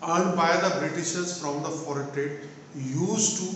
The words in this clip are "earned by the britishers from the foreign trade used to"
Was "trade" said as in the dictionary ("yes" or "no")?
no